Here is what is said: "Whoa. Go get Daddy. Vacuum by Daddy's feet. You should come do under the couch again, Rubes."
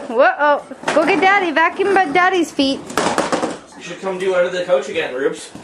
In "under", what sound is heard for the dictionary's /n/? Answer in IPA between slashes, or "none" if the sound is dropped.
none